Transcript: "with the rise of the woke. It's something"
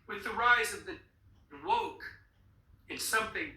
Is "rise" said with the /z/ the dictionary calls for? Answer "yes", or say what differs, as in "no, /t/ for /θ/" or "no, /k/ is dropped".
yes